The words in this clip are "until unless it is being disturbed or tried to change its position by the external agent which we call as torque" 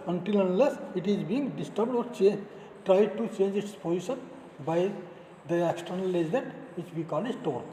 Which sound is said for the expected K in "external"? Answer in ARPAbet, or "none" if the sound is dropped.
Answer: K